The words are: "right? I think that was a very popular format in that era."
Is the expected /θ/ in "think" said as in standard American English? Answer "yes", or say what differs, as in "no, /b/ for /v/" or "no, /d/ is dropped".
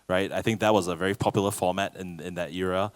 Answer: yes